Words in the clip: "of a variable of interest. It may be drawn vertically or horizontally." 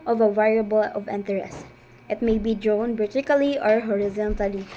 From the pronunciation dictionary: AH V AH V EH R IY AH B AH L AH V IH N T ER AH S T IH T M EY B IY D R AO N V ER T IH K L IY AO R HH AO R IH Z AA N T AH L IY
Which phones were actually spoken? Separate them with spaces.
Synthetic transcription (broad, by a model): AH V AH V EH R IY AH B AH L AH V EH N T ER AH S T IH T M EY B IY D R AO N B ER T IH K L IY AO R HH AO R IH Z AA N T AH L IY